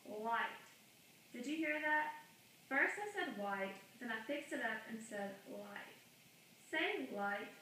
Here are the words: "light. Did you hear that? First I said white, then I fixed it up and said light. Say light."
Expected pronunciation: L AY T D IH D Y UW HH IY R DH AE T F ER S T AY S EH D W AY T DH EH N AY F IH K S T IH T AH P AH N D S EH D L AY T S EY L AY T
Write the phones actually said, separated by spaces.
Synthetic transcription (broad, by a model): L AY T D IH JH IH HH IY R DH AE T F ER S T AY S EH D W AY T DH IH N AY F IH K S T IH T AH P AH N S EH D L AY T S EY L AY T